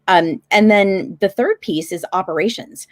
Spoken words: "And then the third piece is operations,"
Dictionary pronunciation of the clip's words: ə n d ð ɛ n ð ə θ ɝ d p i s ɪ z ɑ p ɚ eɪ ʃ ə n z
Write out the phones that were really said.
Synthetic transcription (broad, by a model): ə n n ð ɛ n ð ə θ ɝ d p i s ɪ z ɑ p ɚ eɪ ʃ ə n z